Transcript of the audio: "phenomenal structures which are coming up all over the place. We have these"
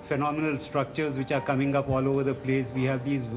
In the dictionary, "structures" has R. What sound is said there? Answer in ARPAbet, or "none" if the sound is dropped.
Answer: R